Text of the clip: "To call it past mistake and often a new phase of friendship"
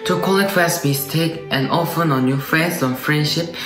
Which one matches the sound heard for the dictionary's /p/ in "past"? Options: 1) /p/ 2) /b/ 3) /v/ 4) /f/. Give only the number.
4